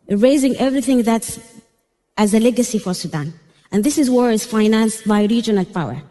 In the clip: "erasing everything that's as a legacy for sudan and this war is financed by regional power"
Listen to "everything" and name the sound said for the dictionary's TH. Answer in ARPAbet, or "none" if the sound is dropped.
TH